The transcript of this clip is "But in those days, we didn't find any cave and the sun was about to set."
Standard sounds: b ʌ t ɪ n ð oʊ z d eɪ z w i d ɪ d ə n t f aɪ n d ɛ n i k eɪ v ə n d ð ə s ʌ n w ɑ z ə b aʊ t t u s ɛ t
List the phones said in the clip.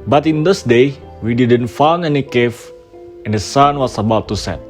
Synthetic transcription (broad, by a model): b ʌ t ɪ n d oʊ s d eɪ w i d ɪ d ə n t f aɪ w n ɛ n i k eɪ f ə n d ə s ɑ n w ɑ s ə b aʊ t t u s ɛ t